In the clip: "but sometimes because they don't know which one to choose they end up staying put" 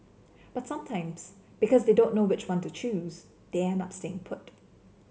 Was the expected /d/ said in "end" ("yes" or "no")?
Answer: no